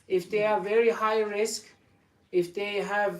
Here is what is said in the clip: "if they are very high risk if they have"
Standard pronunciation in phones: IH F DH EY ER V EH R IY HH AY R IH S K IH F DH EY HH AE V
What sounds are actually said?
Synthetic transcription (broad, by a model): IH F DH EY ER V EH R IY HH AY R IH S K IH F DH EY HH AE V